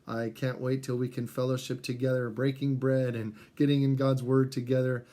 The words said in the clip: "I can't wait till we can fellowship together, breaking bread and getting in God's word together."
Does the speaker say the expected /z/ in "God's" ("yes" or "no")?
yes